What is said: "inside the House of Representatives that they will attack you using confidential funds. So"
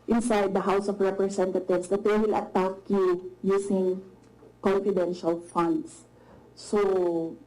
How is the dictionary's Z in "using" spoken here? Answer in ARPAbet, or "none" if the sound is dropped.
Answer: S